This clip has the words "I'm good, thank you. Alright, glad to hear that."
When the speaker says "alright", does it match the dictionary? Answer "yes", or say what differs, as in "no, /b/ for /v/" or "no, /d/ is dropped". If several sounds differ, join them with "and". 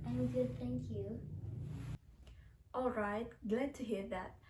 yes